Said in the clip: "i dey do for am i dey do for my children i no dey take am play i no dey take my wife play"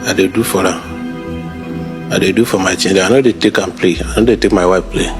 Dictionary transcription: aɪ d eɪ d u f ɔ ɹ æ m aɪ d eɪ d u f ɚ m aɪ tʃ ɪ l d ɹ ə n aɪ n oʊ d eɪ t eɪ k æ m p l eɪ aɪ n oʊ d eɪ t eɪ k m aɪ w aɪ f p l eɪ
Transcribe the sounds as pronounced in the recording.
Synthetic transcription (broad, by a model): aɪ d eɪ d u f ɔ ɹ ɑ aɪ d eɪ d u f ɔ m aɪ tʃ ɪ n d ə aɪ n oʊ d eɪ t eɪ k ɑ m p l eɪ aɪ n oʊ d eɪ t eɪ k m aɪ w aɪ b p l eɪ